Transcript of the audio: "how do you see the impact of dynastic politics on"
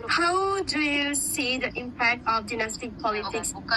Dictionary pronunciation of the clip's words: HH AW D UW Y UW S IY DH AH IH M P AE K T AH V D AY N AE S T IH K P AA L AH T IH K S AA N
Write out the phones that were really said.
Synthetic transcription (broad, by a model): HH AW D UW Y UW S IY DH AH IH M P AE K T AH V D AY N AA S T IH K P AA L AH T IH K S